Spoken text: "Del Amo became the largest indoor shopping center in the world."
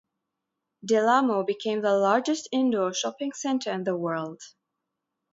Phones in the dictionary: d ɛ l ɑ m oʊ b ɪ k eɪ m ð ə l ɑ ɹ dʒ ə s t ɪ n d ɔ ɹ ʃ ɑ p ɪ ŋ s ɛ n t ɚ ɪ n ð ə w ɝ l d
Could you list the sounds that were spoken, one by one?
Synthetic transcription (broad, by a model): d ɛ l ɑ m oʊ b ɪ k eɪ m ð ə l ɑ ɹ dʒ ə s t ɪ n d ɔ ʃ ɑ p ɪ ŋ s ɛ n t ɚ ɪ n ð ə w ɝ l d